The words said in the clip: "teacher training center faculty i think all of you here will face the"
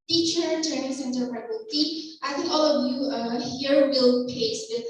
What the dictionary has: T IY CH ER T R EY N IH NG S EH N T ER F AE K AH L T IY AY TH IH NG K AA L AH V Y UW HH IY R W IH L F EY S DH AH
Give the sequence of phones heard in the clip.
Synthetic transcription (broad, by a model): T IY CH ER T R EY N IH NG S EH N T ER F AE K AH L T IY AY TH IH NG K AA L AH V Y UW HH IY R W IH L P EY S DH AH